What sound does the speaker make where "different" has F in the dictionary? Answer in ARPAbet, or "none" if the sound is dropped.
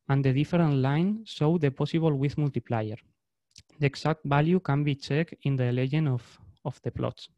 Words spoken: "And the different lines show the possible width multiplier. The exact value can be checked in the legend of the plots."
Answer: none